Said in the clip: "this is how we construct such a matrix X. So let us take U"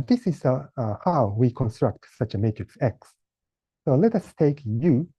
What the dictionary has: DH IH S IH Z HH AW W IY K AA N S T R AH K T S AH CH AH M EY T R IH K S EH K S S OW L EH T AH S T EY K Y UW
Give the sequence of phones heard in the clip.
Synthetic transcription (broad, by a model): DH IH S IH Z HH AW W IY K AA N S T R AH K T S AH CH AH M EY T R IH K S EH K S S OW L EH T AH S T EY K Y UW